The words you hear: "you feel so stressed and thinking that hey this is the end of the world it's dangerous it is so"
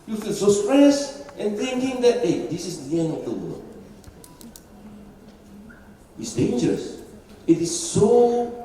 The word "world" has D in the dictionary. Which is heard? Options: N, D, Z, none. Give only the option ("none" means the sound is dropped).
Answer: none